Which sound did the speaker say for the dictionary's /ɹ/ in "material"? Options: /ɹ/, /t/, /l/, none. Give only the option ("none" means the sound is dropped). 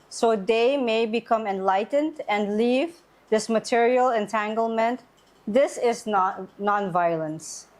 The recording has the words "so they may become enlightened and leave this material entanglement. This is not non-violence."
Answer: /ɹ/